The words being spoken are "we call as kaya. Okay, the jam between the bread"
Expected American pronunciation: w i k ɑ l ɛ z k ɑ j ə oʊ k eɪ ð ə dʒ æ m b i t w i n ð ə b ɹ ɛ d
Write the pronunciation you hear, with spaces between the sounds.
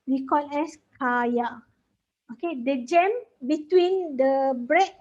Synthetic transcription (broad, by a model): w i k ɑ n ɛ s k ɑ j ə oʊ k eɪ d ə dʒ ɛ m b i t w i n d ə b ɹ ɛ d